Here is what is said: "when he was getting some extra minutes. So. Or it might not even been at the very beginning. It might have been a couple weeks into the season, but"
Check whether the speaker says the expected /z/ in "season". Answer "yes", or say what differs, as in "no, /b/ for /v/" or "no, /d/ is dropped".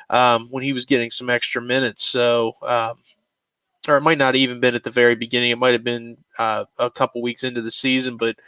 yes